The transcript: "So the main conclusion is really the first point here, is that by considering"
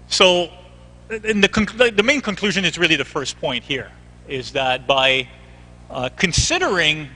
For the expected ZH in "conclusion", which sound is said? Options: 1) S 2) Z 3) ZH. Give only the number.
3